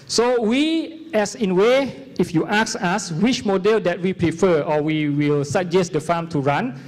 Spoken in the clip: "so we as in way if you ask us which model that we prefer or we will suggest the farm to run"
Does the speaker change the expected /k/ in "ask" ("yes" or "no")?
yes